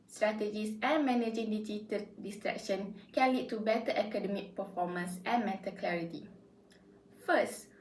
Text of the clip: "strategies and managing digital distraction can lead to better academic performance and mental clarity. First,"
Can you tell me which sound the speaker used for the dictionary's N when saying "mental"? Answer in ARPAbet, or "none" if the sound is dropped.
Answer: none